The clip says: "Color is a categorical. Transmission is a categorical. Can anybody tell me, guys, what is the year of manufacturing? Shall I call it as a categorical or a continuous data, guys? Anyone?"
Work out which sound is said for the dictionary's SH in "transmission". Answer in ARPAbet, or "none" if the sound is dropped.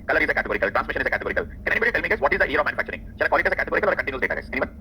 SH